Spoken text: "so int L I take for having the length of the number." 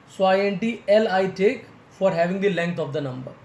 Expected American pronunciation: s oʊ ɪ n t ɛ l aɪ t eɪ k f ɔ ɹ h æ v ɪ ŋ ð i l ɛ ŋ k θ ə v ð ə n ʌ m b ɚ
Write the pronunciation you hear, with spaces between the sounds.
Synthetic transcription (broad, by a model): s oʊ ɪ n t ɛ l aɪ t eɪ k f ɔ ɹ h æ v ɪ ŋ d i l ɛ ŋ k t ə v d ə n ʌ m b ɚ